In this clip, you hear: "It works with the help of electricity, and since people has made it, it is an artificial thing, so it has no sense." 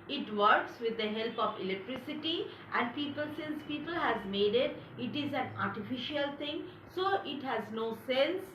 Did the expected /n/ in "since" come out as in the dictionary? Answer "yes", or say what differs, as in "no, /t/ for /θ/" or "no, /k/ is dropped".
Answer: yes